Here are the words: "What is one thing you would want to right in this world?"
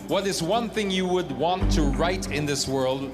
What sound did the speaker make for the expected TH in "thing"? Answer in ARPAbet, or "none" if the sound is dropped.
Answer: TH